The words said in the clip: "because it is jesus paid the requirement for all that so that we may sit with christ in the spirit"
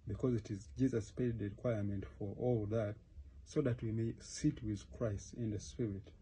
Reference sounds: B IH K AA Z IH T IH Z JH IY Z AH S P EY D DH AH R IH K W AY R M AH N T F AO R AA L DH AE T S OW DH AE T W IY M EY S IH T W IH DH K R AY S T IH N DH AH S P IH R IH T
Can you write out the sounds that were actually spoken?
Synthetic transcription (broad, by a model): B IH K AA Z IH T IH Z JH IY Z AH S P EY D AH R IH K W AY R M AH N T F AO R AA L DH AE T S OW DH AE T W IY M EY S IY T W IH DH K R AY S T IH N DH AH S P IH R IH T